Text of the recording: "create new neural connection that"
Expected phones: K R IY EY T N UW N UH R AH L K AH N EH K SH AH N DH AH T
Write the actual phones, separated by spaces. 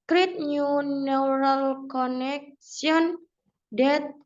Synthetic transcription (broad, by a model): K R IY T N UW N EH R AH L K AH N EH K S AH N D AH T